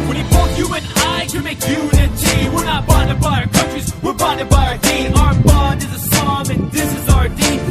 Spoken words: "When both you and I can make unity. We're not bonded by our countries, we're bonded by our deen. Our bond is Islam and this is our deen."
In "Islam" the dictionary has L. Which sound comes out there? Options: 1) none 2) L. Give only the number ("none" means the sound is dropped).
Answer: 1